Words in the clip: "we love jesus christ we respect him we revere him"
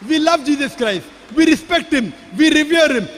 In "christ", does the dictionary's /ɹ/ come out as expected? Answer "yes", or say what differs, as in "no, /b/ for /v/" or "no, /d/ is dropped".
yes